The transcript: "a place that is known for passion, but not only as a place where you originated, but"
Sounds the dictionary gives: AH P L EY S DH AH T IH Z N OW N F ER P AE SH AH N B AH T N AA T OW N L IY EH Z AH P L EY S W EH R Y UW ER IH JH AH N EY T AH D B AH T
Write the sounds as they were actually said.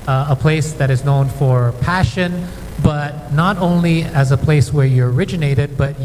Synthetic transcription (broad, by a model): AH P L EY S DH AH T IH Z N OW N F ER P AE SH AH N B AH T N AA T OW N L IY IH Z AH P L EY S W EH R Y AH ER IH JH AH N EY T AH D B AH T